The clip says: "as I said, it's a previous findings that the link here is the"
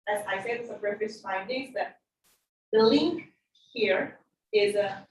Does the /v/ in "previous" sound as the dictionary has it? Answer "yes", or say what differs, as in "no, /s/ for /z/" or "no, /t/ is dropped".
no, /f/ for /v/